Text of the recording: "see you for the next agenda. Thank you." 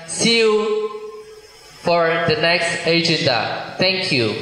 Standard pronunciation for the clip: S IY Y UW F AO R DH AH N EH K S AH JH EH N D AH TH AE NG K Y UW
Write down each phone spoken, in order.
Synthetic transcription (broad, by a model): S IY Y UW F AO R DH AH N EH K S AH JH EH N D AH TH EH NG K Y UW